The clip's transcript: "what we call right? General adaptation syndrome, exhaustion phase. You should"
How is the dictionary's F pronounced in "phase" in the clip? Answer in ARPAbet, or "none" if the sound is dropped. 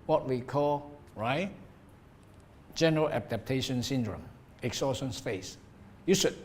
P